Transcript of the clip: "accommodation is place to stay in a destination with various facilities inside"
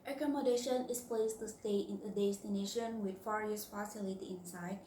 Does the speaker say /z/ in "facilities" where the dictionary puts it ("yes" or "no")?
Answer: no